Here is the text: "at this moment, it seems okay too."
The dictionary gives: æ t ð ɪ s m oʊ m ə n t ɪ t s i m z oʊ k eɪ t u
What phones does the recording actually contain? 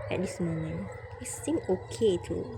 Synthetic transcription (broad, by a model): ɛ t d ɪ s m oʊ m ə n ɪ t s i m oʊ k eɪ t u